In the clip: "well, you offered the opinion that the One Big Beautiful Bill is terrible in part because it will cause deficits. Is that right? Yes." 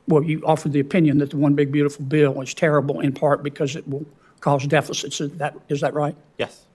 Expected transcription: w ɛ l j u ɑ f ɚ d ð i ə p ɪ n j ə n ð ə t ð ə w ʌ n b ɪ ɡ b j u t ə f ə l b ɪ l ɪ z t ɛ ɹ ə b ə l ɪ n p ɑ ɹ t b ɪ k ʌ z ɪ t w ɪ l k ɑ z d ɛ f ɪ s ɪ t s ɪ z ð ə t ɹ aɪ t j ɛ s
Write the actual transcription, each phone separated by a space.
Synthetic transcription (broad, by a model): w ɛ l j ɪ ɑ f ɚ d ð i ə p ɪ n j ə n ð ə t ð ə w ʌ n b ɪ ɡ b j u t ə f l b ɪ l ɪ z t ɛ ɹ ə b l ɪ n p ɑ ɹ t b ɪ k ʌ z ɪ t w ɪ l k ɑ z d ɛ f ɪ s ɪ t s ɪ z ð ə t ɹ aɪ t j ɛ s